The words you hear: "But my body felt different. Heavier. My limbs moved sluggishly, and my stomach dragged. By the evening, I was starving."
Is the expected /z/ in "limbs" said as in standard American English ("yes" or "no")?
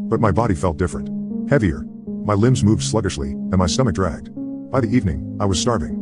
yes